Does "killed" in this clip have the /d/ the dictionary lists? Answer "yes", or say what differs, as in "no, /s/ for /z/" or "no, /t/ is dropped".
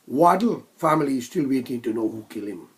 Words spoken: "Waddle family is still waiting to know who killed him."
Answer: no, /d/ is dropped